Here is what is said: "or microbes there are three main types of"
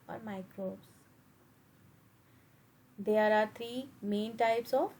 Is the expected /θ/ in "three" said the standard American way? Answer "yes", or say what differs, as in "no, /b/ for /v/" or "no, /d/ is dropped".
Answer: no, /t/ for /θ/